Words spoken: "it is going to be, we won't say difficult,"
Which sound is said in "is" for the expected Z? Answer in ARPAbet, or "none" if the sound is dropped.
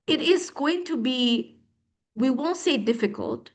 Z